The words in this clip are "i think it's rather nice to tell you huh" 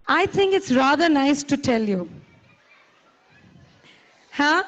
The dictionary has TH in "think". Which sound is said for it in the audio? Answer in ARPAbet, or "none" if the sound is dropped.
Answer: T